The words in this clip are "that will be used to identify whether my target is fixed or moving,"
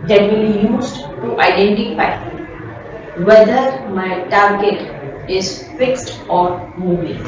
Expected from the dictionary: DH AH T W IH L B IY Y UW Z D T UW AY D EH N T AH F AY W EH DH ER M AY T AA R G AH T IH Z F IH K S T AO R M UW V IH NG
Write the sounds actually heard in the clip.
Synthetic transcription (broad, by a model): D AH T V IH L B IY Y UW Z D T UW AY D EH N T AH F AY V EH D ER M AY T AA R G AH T IH Z F IH K S T AO R M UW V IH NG